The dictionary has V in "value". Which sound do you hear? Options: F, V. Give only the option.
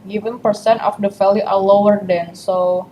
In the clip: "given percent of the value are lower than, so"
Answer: F